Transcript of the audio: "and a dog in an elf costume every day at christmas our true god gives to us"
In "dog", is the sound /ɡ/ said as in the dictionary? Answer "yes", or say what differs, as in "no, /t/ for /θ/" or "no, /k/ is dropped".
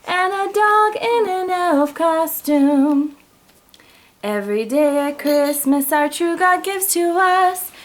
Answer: yes